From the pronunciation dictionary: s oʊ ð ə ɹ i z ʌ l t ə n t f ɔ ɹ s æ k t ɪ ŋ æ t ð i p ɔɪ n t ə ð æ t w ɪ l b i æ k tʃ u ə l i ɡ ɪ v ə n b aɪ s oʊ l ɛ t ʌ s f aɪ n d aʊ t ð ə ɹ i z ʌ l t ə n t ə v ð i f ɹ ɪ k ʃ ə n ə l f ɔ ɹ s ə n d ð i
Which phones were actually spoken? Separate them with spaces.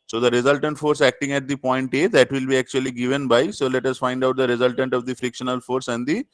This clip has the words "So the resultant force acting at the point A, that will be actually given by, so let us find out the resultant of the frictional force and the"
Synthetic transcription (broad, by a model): s oʊ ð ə ɹ i z ʌ l t ə n t f ɔ ɹ s æ k t ɪ ŋ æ t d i p ɔɪ n t ə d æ t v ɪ l b i æ k tʃ u ə l i ɡ ɪ v ə n b aɪ s oʊ l ɛ t ʌ s f aɪ n d aʊ t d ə ɹ i z ʌ l t ə n t ə v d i f ɹ ɪ k ʃ ə n ə l f ɔ ɹ s ə n d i